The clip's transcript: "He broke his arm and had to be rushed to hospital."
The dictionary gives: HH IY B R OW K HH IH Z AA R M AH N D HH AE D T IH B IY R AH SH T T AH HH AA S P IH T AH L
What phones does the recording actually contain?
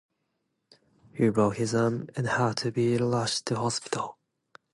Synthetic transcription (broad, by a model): HH IY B R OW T HH IH Z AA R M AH N HH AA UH T IH B IY L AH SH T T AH HH AA S P IH T AH L